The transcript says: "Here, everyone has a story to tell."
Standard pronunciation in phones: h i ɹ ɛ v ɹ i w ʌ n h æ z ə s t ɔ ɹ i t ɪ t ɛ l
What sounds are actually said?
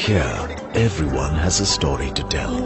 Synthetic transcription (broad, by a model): h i ɹ ɛ v ɹ i w ʌ n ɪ z ə s t ɔ ɹ i t ɪ t ɛ l